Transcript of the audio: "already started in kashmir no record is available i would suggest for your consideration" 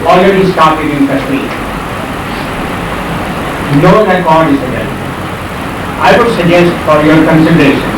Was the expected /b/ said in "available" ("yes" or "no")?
no